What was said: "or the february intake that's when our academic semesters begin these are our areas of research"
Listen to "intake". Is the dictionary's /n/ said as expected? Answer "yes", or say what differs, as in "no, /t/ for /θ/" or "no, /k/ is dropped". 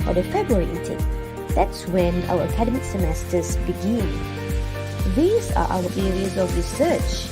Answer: no, /n/ is dropped